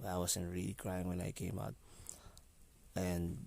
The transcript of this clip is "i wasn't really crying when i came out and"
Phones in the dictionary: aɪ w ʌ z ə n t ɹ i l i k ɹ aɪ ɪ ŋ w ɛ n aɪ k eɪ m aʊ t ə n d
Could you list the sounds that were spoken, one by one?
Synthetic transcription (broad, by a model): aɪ w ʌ s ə n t ɹ i l i k ɹ aɪ ɪ ŋ w ɛ n aɪ k eɪ m aʊ t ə n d